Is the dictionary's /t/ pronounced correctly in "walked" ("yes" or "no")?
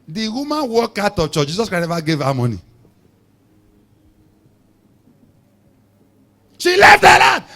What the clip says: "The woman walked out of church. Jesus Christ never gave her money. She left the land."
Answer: no